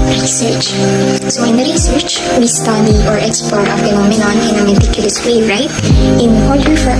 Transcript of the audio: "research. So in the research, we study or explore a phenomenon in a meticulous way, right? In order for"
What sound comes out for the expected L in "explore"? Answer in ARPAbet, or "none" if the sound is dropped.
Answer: none